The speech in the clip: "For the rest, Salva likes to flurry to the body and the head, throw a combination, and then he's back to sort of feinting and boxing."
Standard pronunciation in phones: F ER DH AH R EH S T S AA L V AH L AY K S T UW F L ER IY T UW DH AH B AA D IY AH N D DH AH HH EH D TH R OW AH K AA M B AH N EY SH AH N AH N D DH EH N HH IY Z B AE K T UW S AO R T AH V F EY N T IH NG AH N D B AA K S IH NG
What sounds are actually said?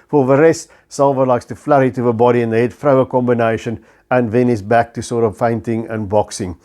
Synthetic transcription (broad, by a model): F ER DH AH R EH S T S AA L V AH L AY K S T UW F L ER IY T UW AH B AA D IY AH N DH AH HH EH D F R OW AH K AA M B AH N EY SH AH N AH N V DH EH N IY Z B AE K T UW S AO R T AH V F EY N T IH NG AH N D B AA K S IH NG